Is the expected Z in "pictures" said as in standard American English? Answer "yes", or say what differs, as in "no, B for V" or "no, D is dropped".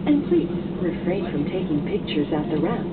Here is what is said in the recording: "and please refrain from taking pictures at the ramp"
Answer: yes